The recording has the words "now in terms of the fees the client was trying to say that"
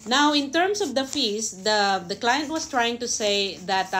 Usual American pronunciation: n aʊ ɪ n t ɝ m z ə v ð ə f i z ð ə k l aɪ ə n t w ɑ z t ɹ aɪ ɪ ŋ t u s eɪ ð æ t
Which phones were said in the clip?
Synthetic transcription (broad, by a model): n aʊ ɪ n t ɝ m s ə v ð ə f i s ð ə k l aɪ ə n t w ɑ s t ɹ aɪ ɪ ŋ t u s eɪ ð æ t